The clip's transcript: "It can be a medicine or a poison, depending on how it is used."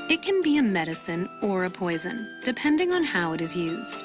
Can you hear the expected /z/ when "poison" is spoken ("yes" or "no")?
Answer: yes